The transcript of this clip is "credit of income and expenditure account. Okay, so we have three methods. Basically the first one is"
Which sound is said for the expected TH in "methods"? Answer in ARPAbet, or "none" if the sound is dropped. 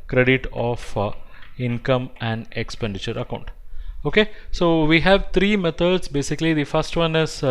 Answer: T